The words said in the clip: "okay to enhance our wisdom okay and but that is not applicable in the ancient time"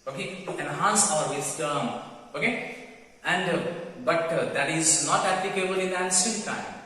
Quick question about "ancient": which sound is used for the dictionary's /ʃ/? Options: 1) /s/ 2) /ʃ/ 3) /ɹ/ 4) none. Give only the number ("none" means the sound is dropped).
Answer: 1